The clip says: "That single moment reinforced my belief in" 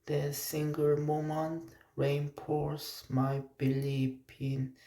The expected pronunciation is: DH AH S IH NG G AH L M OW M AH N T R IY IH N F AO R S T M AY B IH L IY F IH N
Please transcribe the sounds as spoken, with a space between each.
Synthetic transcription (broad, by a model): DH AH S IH NG G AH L M OW M AH N T R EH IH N P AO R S M AY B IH L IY P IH N